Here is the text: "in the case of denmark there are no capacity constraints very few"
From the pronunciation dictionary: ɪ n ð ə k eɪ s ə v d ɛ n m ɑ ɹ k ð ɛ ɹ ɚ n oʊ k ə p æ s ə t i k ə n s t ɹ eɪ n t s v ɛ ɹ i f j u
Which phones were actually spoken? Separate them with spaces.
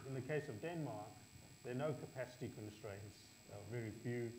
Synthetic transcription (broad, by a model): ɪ n ð ə k eɪ s ə v d ɛ n m ɑ ɹ k ð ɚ n oʊ k ə p æ s ə t i k ə n s t ɹ eɪ n t s v ɛ ɹ i f j u